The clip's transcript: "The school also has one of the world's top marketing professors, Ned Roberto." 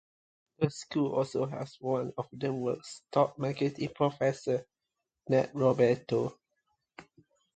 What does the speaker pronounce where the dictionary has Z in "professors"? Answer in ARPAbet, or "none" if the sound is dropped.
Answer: none